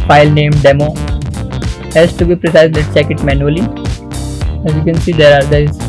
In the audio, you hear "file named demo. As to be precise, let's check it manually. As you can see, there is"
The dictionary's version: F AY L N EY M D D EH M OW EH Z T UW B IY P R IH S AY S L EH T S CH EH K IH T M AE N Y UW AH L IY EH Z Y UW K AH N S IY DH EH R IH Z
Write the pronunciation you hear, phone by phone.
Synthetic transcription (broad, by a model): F AY L N EY M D D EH M OW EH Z T UW B IY P R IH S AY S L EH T CH EH K IH T M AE N Y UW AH L IY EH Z Y UW K AH N S IY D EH R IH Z